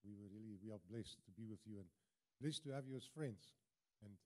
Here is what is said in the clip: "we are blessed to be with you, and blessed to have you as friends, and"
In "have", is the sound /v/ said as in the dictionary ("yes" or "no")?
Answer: yes